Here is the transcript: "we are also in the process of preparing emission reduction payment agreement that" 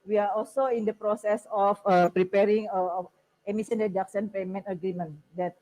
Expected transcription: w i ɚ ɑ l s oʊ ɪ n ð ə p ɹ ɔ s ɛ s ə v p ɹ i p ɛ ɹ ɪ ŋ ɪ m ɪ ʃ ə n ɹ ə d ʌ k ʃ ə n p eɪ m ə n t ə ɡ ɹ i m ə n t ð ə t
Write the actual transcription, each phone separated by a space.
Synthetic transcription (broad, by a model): w i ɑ ɑ l s oʊ ɪ n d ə p ɹ ɔ s ɛ s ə f p ɹ i p ɛ ɹ ɪ ŋ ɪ m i s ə n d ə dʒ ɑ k s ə n p eɪ m ə n t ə ɡ ɹ i m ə n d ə t